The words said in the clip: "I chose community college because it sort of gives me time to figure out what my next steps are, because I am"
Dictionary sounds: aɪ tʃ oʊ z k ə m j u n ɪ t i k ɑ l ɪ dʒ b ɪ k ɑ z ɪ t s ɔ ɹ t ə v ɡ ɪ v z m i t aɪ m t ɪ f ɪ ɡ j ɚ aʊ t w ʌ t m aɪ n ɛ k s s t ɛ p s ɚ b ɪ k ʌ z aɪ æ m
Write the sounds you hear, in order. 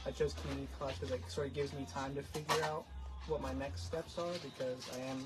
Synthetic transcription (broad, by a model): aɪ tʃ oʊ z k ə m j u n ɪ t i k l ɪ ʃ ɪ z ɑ ɪ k s ɔ ɹ t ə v ɡ ɪ v z m i t aɪ m t ɪ f ɪ ɡ j ɚ aʊ t w ʌ t m aɪ n ɛ k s s t ɛ p s ɚ b ɪ k ʌ z aɪ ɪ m